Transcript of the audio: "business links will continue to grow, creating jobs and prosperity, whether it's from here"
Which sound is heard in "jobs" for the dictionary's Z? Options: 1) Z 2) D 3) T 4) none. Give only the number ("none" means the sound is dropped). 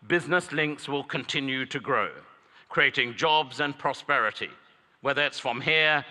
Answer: 1